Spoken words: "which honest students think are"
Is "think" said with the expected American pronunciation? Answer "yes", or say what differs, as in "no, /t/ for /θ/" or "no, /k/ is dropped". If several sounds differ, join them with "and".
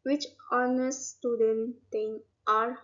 no, /k/ is dropped